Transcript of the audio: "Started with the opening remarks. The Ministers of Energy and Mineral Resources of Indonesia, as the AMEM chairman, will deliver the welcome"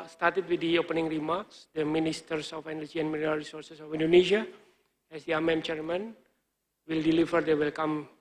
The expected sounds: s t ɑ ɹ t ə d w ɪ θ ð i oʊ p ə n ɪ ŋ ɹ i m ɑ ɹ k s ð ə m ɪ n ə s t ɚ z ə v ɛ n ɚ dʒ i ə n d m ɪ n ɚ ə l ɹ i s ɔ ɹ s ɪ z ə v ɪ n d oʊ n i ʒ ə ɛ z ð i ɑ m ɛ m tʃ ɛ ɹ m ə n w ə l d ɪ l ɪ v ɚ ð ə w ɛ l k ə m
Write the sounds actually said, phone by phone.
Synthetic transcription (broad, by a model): s t ɑ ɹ t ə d w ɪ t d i oʊ p ə n ɪ ŋ ɹ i m ɑ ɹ k s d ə m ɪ n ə s t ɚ s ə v ɛ n ɚ dʒ i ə n m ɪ l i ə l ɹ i s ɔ ɹ s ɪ s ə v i n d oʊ n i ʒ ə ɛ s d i ɑ m ɛ m tʃ ɛ ɹ m ə n w ə l d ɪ l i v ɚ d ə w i l k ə m